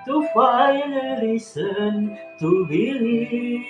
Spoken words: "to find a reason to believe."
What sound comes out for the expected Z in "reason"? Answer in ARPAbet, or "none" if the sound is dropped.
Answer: S